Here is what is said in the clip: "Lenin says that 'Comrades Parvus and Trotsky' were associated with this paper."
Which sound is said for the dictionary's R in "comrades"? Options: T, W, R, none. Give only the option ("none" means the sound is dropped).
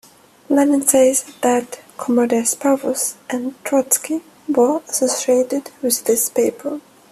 none